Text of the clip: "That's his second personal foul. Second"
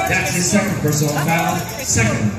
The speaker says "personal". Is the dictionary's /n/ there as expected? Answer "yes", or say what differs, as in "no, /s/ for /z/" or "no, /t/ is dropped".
no, /n/ is dropped